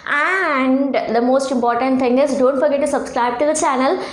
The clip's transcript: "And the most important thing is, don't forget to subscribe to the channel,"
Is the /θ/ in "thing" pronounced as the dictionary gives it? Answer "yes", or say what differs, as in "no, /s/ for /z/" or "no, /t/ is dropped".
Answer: no, /t/ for /θ/